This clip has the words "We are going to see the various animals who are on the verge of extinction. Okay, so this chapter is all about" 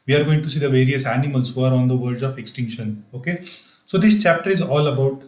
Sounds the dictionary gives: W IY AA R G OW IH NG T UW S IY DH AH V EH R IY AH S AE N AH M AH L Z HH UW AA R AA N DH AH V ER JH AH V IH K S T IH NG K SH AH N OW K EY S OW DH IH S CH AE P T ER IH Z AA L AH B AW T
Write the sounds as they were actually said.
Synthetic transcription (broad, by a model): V IY AA R G OW IH NG T UW S IY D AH V EH R IY AH S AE N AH M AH L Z HH UW AA R AA N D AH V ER Z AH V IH K S T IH NG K SH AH N OW K EY S OW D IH S CH AE P T ER IH Z AA L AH B AW T